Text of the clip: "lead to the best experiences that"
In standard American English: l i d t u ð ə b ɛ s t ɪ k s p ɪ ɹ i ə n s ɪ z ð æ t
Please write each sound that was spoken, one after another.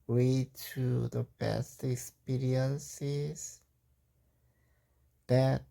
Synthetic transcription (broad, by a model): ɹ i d t u ð ə b ɛ s t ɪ k s p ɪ ɹ i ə n s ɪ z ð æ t